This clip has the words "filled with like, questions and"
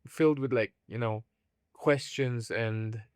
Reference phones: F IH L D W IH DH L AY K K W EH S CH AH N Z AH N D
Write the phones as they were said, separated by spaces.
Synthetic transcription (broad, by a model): F IH L D W IH DH L AY K K W EH S CH AH N Z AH N